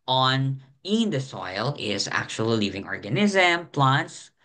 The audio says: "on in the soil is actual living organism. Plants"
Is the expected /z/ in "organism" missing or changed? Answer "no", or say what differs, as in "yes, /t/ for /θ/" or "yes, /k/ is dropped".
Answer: no